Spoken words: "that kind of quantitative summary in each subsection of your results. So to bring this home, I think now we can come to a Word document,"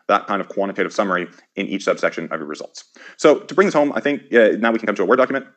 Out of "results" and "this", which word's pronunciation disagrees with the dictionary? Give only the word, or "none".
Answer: none